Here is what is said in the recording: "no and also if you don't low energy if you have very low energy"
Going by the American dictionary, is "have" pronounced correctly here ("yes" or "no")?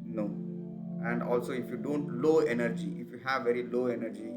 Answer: yes